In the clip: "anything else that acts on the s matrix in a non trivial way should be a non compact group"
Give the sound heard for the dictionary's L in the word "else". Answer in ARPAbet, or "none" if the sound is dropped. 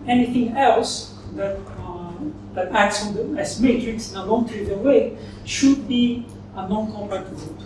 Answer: L